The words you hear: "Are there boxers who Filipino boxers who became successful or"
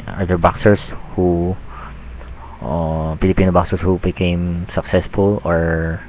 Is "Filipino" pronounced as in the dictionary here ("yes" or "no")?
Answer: no